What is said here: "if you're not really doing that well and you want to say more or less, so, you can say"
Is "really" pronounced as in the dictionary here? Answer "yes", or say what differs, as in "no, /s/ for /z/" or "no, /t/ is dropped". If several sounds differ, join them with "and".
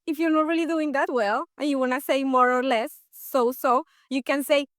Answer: yes